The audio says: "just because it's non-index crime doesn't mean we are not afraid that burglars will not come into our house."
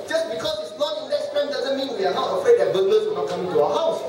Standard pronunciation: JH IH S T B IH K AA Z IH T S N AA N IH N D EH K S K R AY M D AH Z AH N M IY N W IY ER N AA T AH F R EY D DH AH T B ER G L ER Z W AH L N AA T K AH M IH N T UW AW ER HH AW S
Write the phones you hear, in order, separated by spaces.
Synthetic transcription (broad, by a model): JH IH S B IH K AA S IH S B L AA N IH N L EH S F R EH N D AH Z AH N M IY N W IY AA N AA T AH F R EY D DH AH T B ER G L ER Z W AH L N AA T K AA M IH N T UW AW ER HH AW S